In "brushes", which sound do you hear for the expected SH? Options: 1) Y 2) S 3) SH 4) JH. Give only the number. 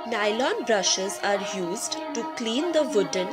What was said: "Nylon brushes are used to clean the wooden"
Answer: 3